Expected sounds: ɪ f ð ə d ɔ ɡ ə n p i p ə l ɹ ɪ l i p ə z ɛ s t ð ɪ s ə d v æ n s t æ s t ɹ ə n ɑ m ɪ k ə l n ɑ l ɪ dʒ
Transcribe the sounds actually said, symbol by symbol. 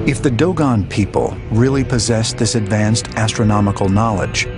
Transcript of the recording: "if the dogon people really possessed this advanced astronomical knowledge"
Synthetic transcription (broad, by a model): ɪ f ð ə d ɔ ɡ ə n p i p ə l ɹ ɪ l i p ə z ɛ s ð ɪ s ə d v æ n s t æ s t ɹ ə n ɑ m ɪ k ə l n ɑ l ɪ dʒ